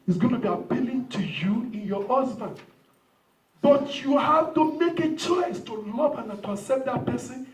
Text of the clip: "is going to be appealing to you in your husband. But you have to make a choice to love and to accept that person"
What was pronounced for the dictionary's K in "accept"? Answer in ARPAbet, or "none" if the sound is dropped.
none